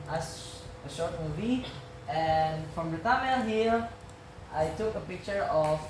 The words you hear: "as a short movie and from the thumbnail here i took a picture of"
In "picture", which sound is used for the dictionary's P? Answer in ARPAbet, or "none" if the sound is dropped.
P